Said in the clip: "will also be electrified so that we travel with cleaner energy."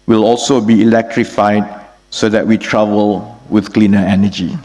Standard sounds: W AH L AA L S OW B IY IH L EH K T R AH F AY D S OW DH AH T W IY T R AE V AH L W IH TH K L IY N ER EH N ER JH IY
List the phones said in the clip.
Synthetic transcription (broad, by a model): W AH L AA L S OW B IY IH L EH K T R AH F AY D S OW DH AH T W IY T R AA V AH L W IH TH K L IY N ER EH N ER JH IY